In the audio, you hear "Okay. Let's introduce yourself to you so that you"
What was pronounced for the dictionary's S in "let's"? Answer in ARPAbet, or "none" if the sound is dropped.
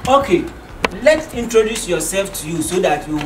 none